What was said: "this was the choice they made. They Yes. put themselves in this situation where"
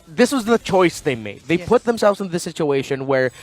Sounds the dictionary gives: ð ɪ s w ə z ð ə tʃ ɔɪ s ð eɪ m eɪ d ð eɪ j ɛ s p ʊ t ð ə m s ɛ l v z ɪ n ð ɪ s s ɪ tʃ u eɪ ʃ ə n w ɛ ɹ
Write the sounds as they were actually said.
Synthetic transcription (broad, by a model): ð ɪ s w ə z ð ə tʃ ɔɪ s ð eɪ m eɪ d ð eɪ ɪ p ʊ t ð ə m s ɛ l v z ɪ n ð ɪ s s ɪ tʃ u eɪ ʃ ə n w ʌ ɹ